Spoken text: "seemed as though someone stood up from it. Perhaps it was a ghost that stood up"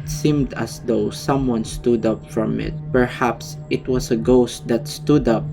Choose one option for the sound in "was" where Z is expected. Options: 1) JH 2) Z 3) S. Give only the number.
3